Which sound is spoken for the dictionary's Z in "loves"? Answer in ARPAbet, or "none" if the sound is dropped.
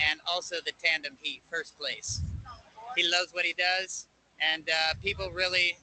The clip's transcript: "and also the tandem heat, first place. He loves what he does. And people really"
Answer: Z